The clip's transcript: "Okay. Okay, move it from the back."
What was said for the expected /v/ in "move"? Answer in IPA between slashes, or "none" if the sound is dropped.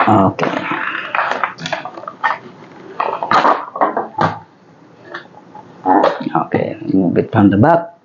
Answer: /b/